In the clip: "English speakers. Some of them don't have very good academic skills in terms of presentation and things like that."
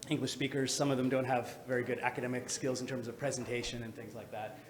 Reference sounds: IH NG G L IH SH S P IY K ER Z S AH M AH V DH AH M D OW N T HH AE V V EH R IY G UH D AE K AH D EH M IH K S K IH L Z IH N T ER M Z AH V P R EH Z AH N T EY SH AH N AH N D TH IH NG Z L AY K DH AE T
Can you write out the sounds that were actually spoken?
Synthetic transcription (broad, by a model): IH NG G L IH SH S P IY K ER Z S AH M AH V DH AH M D OW N T HH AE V V EH R IY G UH D AE K AH D EH M IH K S K IH L Z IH N T ER M Z AH V P R EH Z AH N T EY SH AH N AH N TH IH NG Z L AY K DH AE T